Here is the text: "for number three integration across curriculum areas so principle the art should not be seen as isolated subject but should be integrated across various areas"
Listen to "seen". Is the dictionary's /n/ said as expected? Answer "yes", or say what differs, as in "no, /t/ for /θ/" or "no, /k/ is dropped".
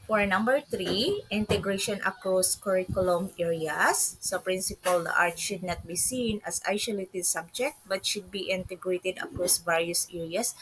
yes